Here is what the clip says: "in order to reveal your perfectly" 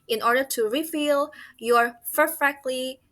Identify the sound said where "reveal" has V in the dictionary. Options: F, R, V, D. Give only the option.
F